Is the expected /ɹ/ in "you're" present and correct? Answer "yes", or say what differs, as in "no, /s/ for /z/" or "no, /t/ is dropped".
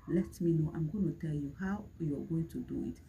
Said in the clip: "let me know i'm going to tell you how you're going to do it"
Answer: no, /w/ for /ɹ/